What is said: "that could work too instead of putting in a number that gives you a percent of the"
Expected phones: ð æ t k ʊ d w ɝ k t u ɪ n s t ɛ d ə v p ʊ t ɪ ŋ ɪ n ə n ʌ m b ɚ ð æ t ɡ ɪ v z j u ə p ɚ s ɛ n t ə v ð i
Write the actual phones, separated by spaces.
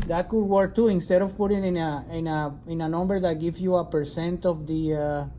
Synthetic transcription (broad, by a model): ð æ t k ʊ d w ɝ k t u ɪ n s t ɛ d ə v p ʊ t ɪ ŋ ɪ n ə n ʌ m b ɚ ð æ t ɡ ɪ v j u ə p ɚ s ɛ n t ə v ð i